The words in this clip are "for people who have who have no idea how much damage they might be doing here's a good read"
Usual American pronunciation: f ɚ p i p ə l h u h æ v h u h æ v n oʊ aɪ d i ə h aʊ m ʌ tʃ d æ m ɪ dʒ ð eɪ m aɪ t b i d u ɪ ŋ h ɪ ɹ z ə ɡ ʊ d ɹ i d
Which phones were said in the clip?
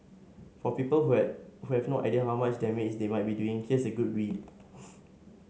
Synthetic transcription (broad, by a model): f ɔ p i p ə l h u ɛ h u h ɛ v n oʊ aɪ d i ə h aʊ m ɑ tʃ d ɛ m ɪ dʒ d eɪ m aɪ t b i d u ɪ ŋ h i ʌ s ə ɡ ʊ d w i